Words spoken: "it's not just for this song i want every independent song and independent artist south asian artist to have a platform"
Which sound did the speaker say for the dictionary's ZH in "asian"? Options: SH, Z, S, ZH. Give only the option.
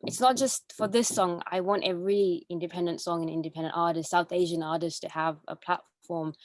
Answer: ZH